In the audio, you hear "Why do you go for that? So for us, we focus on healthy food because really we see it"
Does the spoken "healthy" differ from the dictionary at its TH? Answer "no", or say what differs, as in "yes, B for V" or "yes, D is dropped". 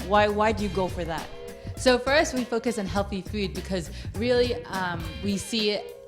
no